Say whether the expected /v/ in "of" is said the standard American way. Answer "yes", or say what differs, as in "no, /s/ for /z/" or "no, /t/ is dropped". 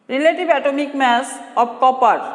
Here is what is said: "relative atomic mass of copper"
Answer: no, /b/ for /v/